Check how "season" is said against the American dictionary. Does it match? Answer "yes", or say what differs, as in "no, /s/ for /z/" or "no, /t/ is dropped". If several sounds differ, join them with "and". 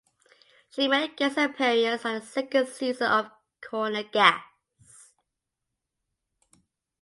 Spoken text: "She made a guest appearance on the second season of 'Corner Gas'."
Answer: no, /n/ is dropped